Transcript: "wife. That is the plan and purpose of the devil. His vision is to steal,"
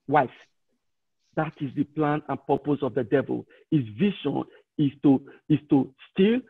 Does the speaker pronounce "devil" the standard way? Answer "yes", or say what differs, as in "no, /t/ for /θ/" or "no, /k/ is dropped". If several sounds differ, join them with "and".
yes